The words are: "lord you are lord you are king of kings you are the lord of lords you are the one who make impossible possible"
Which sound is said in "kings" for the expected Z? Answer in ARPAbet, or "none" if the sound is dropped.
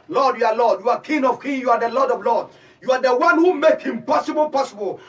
none